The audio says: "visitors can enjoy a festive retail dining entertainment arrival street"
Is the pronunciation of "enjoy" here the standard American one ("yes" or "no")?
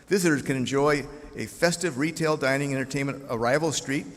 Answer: yes